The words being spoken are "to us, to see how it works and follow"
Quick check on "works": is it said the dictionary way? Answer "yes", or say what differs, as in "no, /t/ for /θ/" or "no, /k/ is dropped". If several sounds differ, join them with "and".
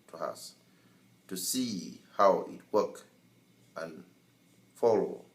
no, /s/ is dropped